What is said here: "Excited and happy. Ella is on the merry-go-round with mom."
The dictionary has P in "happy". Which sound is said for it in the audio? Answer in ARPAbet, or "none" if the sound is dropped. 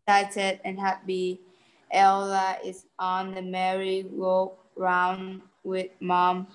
B